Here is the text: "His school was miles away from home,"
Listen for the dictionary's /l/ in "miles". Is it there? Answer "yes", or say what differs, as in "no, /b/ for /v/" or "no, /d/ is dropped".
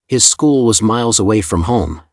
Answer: yes